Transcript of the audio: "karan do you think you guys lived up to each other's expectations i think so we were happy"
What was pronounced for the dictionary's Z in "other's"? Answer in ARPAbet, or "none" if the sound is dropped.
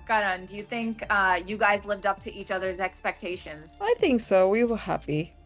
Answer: Z